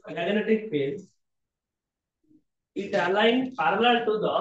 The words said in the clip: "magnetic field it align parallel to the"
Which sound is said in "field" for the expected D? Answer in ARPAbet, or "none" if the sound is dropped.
none